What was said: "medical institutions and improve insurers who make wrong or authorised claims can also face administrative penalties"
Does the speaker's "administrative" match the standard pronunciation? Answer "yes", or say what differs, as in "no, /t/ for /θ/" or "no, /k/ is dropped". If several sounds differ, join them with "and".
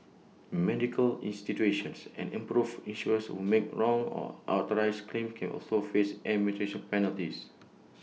no, /s/ is dropped